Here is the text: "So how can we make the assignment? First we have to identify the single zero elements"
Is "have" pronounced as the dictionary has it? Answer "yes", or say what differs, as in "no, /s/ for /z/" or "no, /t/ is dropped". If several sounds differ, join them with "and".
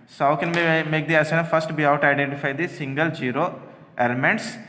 no, /w/ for /v/